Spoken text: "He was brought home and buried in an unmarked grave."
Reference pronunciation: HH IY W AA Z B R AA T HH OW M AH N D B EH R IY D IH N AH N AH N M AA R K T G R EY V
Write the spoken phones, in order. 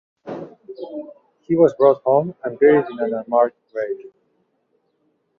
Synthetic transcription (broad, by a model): HH IY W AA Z B R AA T HH OW M AH N D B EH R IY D IH N AH N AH M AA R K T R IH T